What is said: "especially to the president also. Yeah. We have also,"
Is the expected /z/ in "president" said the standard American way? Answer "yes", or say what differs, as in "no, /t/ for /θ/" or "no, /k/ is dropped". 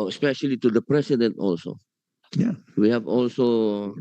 no, /s/ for /z/